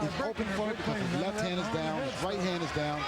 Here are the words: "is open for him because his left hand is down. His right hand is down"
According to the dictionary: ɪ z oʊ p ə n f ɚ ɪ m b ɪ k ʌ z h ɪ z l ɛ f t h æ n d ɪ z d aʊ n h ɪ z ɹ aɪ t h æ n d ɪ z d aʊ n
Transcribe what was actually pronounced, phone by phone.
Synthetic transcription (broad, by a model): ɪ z oʊ p ə n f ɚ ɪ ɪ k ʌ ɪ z l ɛ f t h æ n d ɪ z d aʊ n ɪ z ɹ aɪ t h æ n d ɪ z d aʊ n